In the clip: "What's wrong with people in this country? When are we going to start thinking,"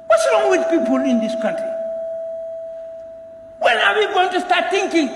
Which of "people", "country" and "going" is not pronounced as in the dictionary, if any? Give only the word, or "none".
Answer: none